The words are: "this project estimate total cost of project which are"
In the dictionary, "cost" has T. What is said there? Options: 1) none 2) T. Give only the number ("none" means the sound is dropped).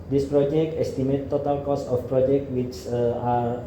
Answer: 1